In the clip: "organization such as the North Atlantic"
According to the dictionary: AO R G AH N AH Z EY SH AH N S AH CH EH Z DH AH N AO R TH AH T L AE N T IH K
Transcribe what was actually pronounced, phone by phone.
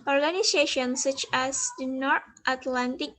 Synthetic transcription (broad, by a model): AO R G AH N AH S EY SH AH N S AH CH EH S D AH N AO R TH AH T L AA N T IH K